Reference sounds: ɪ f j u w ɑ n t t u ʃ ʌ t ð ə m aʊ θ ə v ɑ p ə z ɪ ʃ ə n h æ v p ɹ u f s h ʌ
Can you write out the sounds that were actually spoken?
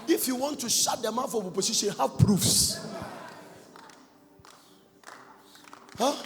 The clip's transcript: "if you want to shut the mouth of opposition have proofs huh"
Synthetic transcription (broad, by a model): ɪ f j u w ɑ n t t u ʃ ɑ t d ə m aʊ f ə b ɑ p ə s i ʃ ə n h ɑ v p ɹ u f s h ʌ